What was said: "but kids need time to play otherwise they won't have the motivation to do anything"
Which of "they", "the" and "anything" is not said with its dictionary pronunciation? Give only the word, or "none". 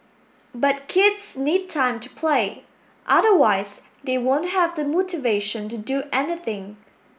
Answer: none